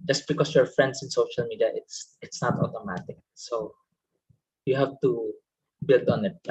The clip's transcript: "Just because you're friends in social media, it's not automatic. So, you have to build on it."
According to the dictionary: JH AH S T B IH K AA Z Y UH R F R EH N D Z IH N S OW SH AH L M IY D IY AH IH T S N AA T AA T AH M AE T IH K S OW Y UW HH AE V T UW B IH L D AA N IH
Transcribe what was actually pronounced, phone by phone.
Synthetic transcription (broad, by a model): JH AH S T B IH K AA S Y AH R F R EH N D S IH N S OW SH AH L M IY D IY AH IH T S N AA T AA T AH M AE T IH K S OW Y UW HH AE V T UW B IH L D AA N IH